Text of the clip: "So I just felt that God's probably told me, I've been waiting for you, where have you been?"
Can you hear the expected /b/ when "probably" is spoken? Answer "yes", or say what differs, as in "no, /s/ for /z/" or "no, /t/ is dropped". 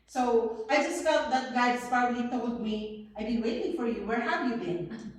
no, /b/ is dropped